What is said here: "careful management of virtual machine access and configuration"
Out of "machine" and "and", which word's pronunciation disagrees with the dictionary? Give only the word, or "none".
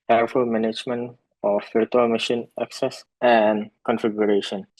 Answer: none